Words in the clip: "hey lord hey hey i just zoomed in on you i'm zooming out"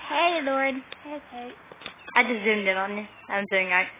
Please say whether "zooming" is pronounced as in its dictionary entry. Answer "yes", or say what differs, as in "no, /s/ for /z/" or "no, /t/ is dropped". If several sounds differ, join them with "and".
no, /m/ is dropped